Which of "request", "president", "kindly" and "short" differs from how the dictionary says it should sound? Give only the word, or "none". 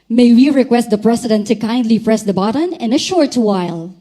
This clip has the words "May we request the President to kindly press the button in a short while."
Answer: president